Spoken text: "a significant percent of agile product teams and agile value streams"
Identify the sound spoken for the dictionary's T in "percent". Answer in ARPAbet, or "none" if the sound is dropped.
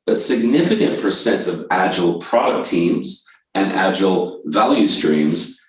T